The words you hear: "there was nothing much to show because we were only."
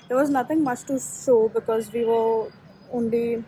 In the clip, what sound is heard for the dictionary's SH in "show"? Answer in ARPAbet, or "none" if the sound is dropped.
S